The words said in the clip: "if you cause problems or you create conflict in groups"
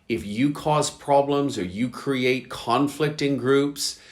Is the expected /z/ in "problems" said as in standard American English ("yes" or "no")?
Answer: yes